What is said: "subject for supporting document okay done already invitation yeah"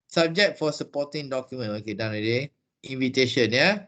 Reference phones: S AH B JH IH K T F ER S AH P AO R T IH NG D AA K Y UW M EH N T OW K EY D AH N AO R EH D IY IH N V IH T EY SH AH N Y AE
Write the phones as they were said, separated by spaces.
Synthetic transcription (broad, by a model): S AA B JH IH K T F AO S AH P AO T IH NG D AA K Y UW M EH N OW K EY D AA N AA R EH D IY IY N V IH T EY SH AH N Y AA